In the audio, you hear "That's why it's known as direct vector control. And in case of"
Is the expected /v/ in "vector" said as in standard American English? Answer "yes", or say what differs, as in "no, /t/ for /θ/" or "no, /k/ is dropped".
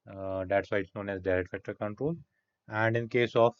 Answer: no, /f/ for /v/